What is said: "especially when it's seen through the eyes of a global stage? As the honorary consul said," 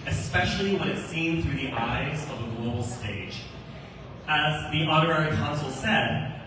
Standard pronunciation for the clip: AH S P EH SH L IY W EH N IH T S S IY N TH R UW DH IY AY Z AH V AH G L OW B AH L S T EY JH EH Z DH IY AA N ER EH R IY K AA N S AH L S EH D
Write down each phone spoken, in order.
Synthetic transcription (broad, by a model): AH S P EH SH L IY W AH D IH T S S IY N TH R UW DH IY AY Z AH V AH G L OW B L S T EY JH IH Z DH IY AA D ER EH R IY K AA N S L S EH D